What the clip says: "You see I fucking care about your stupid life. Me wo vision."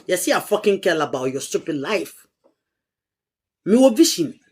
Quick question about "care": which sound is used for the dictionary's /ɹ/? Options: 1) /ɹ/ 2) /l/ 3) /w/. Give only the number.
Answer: 2